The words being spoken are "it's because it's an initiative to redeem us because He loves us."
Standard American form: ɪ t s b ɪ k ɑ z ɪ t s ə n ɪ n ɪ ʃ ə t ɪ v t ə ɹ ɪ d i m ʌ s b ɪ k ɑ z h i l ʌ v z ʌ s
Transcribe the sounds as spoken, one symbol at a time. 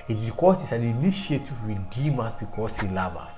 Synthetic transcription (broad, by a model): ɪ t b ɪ k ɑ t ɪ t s ə n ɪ n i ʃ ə t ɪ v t ɹ ɪ d i m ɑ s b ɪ k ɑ s h i l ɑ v ɑ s